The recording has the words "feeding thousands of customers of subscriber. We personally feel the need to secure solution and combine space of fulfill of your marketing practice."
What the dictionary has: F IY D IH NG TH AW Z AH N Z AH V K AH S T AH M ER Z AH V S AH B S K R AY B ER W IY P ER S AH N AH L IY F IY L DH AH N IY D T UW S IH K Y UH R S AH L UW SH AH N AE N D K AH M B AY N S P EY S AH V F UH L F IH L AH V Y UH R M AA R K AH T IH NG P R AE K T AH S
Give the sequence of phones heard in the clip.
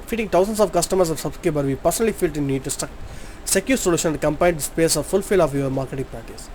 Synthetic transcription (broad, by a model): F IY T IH NG T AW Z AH N S AH V K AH S T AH M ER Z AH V S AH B S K EH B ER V IY P ER S AH N AH L IY F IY L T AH N IY D T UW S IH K Y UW S AH L UW SH AH N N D K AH M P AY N S P EY S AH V F UH L F IH L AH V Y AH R M AA R K AH T IH NG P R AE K T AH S